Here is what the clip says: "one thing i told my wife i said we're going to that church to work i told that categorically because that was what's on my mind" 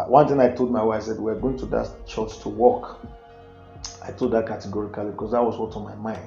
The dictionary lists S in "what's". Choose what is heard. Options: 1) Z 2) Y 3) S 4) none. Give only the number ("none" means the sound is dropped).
4